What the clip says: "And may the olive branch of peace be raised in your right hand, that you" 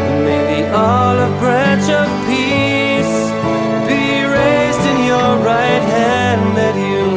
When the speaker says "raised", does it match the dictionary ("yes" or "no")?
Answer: yes